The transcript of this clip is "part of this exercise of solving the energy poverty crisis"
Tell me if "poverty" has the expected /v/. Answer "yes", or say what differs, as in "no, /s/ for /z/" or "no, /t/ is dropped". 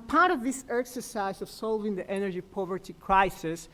yes